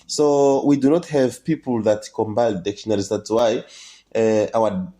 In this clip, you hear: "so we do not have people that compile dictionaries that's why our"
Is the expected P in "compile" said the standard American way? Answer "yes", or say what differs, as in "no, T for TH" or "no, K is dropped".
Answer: no, B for P